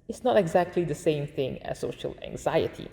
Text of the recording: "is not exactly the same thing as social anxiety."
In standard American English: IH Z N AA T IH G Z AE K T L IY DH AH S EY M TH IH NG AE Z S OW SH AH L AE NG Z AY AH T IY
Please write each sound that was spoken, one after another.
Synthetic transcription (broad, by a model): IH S N AA T IH G Z AE K T L IY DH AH S EY M TH IH NG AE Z S OW SH AH L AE NG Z AY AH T IY